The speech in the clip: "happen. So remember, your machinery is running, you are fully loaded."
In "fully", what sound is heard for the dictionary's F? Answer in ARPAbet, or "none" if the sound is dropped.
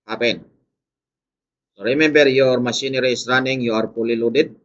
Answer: P